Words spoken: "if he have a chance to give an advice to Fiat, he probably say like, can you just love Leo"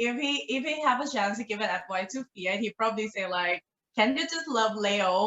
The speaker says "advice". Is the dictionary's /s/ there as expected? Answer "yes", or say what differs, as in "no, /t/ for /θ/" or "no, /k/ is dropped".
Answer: no, /s/ is dropped